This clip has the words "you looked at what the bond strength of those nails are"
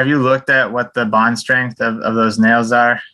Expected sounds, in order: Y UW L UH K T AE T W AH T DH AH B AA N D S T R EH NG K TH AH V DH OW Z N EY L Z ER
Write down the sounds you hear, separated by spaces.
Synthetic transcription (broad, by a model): Y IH L UH K T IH T W AH T DH AH B AA N D S T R EH NG K TH AH V DH OW Z N EY L Z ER